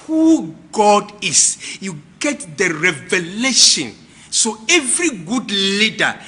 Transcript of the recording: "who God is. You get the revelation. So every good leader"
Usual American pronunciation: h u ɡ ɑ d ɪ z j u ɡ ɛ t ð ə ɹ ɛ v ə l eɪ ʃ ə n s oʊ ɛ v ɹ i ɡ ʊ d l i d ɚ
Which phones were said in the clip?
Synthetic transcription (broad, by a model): h u ɡ ɑ d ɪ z j u ɡ ɛ t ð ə ɹ ɛ v ə l eɪ ʃ ə n s oʊ ɛ v ɹ i ɡ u d l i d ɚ